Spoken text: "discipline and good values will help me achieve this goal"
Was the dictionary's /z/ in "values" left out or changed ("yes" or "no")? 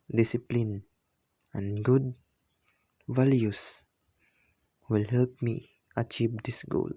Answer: yes